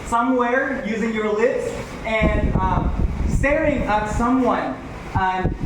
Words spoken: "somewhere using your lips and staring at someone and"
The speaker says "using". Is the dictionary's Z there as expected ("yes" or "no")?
yes